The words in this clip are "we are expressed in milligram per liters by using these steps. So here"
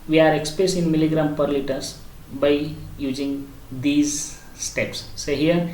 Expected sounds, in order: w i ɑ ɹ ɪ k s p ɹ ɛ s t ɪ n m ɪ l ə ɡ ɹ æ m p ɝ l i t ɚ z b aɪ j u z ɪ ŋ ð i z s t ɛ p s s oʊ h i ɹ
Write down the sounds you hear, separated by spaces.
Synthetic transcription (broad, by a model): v i ɑ ɹ ɪ k s p ɹ ɛ s t ɪ n m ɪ l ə ɡ ɹ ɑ m p ɝ l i t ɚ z b aɪ j u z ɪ ŋ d i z s t ɛ p s s oʊ h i ɹ